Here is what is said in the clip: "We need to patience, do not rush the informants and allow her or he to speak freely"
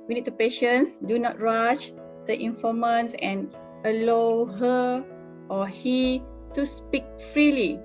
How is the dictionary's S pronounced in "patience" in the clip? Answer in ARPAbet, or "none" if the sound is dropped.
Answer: S